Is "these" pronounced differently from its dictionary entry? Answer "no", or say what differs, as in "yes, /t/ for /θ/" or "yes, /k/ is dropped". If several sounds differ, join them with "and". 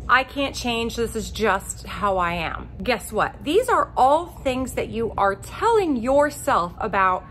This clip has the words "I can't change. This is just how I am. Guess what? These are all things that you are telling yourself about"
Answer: no